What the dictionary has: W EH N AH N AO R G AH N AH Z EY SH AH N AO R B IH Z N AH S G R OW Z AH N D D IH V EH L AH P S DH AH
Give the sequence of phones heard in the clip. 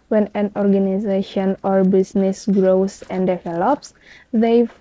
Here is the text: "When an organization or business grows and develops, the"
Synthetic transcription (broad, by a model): W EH N AH N AO R G AH N AH Z EY SH AH N AO R B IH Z N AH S G R OW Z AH N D D IH V EH L AH P S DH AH